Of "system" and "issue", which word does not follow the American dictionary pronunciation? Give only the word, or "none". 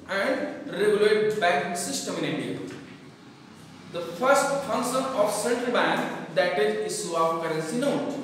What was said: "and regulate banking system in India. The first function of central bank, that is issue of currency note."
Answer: issue